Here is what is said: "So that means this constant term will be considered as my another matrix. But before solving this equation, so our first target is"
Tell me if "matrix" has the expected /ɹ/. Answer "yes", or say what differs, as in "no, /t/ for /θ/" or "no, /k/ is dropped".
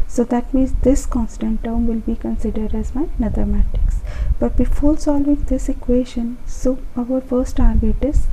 no, /ɹ/ is dropped